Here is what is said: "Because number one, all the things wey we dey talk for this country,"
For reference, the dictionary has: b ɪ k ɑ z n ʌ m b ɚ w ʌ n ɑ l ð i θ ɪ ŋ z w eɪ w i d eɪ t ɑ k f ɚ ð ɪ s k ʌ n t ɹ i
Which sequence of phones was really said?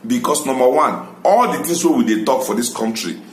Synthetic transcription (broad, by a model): b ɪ k ɑ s n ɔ m b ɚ w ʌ n ɑ l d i t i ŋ s w eɪ w i d eɪ t ɑ k f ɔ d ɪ s k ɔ n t ɹ i